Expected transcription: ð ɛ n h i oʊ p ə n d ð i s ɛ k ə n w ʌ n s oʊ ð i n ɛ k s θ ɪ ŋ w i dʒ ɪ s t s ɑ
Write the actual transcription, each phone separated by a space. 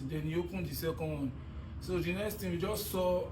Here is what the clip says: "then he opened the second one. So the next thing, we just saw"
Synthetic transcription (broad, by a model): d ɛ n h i oʊ p ə n d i s ɛ k ə n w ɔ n s oʊ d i n ɛ k s t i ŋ w i dʒ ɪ s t s ɑ